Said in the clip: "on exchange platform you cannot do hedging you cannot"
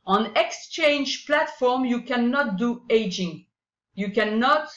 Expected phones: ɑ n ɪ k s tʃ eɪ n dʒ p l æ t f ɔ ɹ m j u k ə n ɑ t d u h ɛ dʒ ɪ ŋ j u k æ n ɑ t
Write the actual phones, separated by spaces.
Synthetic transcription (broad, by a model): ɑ n ɪ k s tʃ eɪ n dʒ p l æ t f ɔ ɹ m j u k ə n ɑ t d u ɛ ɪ dʒ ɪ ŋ j u k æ n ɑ t